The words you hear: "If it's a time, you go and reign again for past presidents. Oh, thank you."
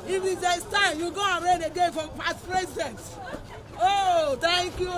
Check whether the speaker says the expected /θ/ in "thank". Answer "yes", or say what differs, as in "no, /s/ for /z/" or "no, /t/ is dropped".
no, /t/ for /θ/